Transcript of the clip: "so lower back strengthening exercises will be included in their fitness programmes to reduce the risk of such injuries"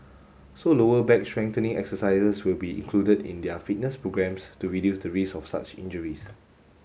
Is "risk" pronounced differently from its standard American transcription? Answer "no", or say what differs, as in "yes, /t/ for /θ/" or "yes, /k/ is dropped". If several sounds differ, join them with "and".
yes, /k/ is dropped